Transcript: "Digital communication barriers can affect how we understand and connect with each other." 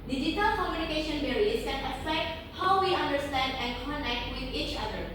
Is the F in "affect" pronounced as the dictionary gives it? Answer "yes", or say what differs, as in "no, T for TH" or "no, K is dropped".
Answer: no, P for F